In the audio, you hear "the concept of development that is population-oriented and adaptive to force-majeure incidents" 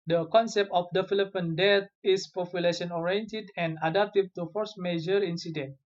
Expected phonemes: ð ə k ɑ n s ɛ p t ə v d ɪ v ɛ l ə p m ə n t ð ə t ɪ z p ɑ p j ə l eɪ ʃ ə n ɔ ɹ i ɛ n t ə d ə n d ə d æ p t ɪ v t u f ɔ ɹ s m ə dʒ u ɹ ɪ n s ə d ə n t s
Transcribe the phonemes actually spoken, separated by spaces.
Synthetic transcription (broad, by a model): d ə k ɑ n s ɛ p t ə f d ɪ f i l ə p ə n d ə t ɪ s p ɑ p j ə l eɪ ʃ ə n ɔ ɹ i ɛ n t ə d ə n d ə d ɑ p t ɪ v t u f ɔ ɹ s m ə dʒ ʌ ɹ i n s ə d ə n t